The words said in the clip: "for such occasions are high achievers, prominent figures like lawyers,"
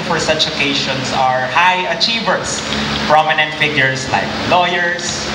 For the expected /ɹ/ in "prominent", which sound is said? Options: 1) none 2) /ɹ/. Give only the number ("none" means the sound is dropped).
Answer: 2